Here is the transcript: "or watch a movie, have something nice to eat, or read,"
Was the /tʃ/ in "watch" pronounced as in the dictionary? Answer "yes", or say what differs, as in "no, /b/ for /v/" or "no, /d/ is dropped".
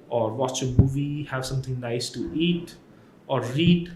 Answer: yes